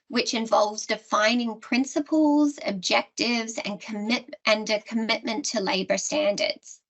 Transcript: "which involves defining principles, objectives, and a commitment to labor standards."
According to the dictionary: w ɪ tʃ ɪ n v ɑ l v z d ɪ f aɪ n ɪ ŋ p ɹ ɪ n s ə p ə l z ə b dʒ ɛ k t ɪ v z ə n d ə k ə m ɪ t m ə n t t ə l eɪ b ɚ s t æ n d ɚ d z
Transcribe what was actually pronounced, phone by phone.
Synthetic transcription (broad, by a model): w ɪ tʃ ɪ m v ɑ l v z d ɪ f aɪ n ɪ ŋ p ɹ ɪ n s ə p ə l z ə b dʒ ɛ k t ɪ v z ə n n ə k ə m ɪ t m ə n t t ə l eɪ b ɚ s t æ n d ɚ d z